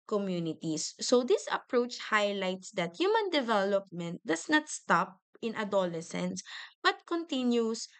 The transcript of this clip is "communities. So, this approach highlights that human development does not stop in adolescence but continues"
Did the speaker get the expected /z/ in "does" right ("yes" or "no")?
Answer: no